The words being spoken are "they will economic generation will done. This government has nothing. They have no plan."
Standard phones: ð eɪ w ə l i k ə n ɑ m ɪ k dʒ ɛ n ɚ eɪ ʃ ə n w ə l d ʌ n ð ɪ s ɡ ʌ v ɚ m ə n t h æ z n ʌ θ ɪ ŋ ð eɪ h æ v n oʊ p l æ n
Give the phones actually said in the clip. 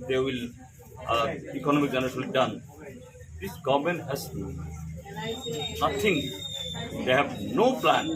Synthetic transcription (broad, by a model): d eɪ w ə l i k ə n ɑ m ɪ k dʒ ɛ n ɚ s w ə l d ʌ n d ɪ s ɡ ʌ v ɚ m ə n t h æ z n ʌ t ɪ ŋ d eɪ h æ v n oʊ p l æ n